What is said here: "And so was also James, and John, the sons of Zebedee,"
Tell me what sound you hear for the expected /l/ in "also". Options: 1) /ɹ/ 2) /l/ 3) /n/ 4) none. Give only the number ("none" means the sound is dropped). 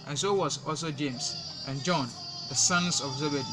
2